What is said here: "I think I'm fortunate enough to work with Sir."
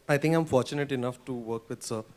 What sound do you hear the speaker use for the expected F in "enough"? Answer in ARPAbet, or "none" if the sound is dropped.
F